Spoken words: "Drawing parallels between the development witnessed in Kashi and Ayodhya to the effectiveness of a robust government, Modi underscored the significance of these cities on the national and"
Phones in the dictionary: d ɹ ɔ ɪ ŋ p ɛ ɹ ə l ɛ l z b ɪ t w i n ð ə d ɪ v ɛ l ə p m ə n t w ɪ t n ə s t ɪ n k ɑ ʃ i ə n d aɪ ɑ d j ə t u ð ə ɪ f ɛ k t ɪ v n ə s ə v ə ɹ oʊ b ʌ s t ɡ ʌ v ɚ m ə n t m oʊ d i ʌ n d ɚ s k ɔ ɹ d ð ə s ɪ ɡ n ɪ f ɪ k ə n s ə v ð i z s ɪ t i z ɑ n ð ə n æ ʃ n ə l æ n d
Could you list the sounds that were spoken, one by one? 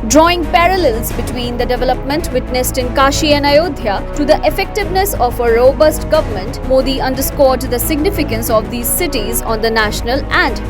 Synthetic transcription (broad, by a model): d ɹ ɔ ɪ ŋ p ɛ ɹ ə l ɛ l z b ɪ t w i n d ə d ɪ v ɛ l ə p m ə n t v ɪ t n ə s t ɪ n k ɑ ʃ i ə n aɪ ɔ d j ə t u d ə ɪ f ɛ k t ɪ v n ə s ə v ə ɹ oʊ b ʌ s t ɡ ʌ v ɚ m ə n t m oʊ d i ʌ n d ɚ s k ɔ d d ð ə s ɪ ɡ n ɪ f ɪ k ə n s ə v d i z s ɪ t i z ɑ n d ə n æ ʃ n ə l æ n d